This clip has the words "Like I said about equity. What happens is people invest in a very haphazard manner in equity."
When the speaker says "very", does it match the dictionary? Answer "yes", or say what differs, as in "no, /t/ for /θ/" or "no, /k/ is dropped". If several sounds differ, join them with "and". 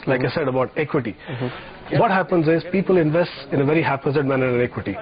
yes